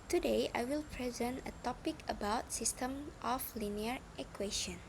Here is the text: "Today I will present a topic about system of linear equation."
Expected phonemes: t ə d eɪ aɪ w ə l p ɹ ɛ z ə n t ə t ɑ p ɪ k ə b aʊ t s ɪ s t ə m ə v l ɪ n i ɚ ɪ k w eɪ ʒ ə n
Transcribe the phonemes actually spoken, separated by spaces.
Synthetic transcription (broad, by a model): t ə d eɪ aɪ w ə l p ɹ ɛ z ə n t ə t ɑ p ɪ k ə b aʊ t s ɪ s t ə m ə f l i n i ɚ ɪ k w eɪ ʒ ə n